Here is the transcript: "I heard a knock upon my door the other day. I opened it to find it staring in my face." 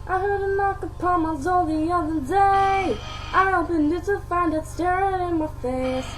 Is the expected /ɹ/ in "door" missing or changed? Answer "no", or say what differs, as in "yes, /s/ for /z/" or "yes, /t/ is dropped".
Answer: yes, /l/ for /ɹ/